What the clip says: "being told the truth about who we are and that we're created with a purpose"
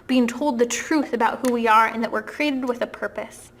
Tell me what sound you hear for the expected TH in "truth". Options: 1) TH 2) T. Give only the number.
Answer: 1